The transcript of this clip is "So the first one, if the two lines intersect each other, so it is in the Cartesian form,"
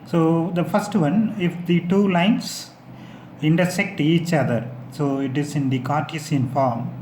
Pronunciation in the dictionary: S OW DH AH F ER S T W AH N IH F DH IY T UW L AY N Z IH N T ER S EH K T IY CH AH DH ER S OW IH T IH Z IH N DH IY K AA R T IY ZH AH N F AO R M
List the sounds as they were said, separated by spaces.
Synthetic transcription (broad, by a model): S OW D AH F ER S T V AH N IH F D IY T UW L AY N S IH N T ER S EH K T IY CH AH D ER S OW IH T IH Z IH N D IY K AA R T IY S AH N F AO R M